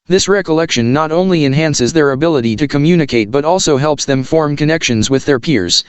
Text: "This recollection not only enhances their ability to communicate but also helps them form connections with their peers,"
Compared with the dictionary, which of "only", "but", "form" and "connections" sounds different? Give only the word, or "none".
none